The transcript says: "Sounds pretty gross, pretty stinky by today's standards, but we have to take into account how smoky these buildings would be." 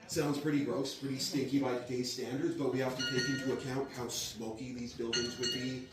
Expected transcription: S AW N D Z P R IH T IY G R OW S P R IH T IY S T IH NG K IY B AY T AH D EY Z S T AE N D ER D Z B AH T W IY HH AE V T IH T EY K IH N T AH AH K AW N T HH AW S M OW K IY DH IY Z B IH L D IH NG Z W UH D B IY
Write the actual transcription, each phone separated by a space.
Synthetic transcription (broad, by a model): S AW N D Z P R IH T IY G R OW S P R IH T IY S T IH NG K IY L AY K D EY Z S T AE N D ER D Z B AH T W IY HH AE F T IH T EY K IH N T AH AH K AW N T HH AW S M OW K IY DH IY Z B IH L D IH NG Z W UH D B IY